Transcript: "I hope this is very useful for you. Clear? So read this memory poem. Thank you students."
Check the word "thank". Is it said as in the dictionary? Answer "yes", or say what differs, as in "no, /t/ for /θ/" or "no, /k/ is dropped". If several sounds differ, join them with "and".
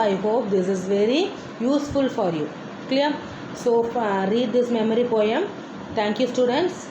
no, /t/ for /θ/